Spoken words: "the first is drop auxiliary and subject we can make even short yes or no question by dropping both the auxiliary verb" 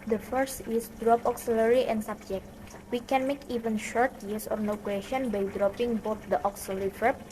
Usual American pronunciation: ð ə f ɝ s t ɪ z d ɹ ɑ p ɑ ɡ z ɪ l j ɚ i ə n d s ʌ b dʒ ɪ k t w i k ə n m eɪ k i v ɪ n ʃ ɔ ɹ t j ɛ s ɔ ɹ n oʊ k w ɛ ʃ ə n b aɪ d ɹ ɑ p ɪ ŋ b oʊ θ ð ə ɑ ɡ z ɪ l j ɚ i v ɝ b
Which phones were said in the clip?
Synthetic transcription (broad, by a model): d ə f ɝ s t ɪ s d ɹ ɑ p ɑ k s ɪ l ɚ i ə n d s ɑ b dʒ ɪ k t w i k ə n m eɪ k i v ɪ n ʃ ɔ ɹ t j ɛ s ɔ ɹ n oʊ k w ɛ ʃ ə n b aɪ d ɹ ɑ p ɪ ŋ b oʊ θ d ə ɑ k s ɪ l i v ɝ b